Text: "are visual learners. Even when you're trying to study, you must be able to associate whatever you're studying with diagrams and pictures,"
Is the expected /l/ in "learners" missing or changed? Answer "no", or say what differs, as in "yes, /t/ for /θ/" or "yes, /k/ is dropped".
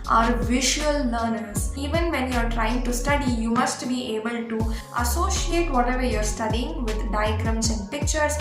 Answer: yes, /n/ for /l/